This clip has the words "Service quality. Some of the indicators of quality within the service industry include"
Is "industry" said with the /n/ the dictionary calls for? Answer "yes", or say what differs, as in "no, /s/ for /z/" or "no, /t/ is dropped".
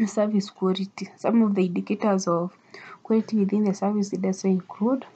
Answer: no, /n/ is dropped